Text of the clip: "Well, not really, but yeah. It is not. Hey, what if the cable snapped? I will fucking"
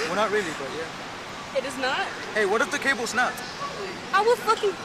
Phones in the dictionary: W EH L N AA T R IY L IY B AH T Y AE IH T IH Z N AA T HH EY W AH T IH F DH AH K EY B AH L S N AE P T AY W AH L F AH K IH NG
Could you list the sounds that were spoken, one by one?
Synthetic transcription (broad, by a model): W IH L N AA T R IY L IY B AH T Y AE IH T IH Z N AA T HH EY W AH T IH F DH AH K EY B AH L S N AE T AY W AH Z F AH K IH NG